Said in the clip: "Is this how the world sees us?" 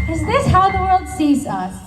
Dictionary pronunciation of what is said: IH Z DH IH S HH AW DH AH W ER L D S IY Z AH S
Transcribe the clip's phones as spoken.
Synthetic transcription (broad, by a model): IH Z DH IH S HH AW DH AH W ER L D S IY Z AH S